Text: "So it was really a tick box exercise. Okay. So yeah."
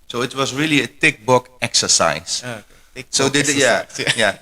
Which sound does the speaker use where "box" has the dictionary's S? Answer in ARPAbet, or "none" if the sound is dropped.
none